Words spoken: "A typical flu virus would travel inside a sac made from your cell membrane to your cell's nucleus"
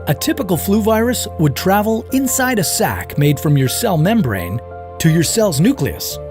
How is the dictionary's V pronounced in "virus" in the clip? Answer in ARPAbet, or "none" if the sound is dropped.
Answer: V